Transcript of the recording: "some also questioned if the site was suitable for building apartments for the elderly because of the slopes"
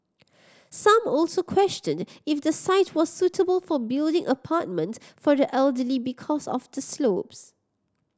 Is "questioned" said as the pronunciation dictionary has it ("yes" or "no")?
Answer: yes